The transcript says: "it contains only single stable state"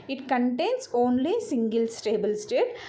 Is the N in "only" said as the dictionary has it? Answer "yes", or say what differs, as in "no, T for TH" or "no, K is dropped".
yes